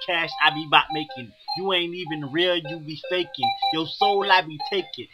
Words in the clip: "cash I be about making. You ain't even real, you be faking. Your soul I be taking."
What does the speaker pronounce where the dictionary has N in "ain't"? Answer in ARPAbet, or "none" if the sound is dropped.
N